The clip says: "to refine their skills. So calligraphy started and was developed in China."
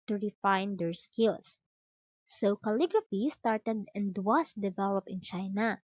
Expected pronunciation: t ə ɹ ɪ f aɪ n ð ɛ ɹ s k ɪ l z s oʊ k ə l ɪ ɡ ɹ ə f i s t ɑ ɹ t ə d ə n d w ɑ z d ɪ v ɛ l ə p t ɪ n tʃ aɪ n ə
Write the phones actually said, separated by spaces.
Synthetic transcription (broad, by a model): t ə ɹ ɪ f aɪ n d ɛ ɹ s k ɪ l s s oʊ k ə l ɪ ɡ ɹ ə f i s t ɑ ɹ t ə d ə n d w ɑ s d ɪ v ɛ l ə p ɪ n tʃ aɪ n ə